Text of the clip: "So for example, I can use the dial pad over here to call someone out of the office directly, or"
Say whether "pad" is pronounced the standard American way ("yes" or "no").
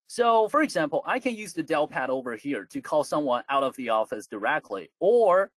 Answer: yes